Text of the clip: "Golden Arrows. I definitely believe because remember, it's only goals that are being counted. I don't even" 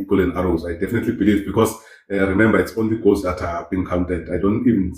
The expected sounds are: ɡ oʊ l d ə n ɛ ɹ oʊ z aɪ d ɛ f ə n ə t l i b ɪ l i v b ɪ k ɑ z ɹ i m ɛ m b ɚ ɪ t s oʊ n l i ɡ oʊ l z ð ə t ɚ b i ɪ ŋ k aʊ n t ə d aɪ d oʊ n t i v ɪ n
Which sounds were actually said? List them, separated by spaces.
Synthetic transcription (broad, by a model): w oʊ l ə n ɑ ɹ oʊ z aɪ d ɛ f ə n ə t l i b ɪ l i v b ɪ k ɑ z ɹ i m ɛ m b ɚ ɪ t s oʊ n l i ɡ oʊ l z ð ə t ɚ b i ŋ k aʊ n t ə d aɪ d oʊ n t i v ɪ n